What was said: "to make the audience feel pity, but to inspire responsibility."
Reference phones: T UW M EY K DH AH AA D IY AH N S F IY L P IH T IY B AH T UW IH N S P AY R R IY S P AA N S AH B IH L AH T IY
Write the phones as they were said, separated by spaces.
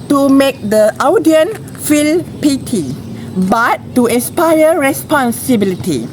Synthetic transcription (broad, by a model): T UW M EY K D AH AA D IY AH N F IY L P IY T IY B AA T UW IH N S P AY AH R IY S P AA N S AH B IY L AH T IY